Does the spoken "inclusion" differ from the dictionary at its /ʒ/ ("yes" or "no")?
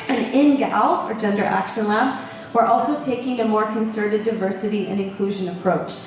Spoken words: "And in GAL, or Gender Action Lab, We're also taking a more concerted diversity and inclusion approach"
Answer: no